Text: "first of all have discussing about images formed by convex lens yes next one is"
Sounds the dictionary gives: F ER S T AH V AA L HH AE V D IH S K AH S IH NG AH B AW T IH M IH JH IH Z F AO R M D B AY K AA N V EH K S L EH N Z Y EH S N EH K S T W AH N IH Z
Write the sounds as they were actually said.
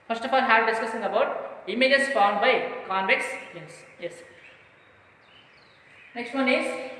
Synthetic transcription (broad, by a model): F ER S T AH F AA L HH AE D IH S K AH S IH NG AH B AW T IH M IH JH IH S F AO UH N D B AY K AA N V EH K S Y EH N S Y EH S N EH K S T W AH N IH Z